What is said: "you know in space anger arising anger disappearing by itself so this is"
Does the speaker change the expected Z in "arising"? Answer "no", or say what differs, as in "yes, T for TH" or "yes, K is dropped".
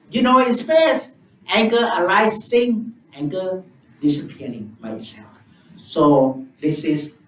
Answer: yes, S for Z